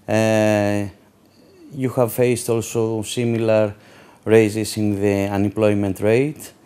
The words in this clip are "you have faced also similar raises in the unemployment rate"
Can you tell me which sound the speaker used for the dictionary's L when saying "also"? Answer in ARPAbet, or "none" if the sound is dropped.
L